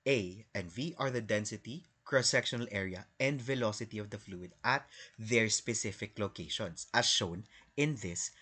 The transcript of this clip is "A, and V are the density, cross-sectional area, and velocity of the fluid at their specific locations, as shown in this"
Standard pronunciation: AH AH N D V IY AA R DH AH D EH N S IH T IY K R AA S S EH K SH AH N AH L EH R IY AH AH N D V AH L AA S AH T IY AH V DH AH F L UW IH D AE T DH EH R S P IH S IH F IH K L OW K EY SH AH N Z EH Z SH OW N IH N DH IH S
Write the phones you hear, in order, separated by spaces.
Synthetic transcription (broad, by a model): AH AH N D V IY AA R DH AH D EH N S IH T IY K R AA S S EH K SH AH N AH L EH R IY AH AH N D V AH L AA S AH T IY AH V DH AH F L UW IH D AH T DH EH R S P IH S IH F IH K L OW K EY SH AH N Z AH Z SH OW N IH N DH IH S